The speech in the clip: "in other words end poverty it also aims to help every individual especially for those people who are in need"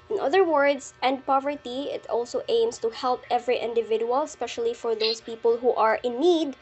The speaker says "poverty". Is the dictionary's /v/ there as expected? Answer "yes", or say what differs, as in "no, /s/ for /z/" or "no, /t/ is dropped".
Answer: yes